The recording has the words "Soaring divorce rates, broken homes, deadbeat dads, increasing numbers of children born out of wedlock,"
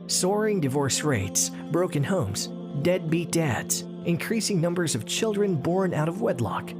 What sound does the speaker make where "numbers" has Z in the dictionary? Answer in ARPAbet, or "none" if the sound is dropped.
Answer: Z